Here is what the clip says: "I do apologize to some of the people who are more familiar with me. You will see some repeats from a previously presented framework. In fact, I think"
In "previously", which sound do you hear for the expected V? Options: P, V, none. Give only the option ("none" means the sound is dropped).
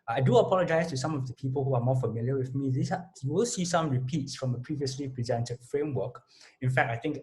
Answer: V